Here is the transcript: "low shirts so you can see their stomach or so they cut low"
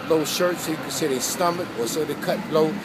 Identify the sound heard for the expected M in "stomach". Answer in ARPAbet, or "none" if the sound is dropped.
M